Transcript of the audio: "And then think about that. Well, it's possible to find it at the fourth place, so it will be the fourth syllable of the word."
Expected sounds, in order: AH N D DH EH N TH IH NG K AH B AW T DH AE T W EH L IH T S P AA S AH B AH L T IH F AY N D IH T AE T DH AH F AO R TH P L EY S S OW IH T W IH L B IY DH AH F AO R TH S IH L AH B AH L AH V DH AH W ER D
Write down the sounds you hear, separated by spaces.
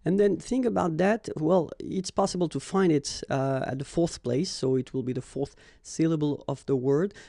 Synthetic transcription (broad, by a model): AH N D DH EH N TH IH NG K AH B AW T DH AE T W EH L IH T S P AA S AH B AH L T IH F AY N D IH T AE T DH AH F AO R TH P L EY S S OW IH T W IH L B IY DH AH F AO R TH S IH L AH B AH L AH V DH AH W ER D